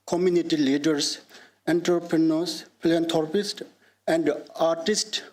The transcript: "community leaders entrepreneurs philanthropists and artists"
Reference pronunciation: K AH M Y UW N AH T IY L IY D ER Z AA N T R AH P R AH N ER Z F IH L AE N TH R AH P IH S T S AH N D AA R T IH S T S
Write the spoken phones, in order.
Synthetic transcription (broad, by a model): K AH M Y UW N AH T IY L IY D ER S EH N T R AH P R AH N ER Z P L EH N T R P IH S T AH N D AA R T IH S T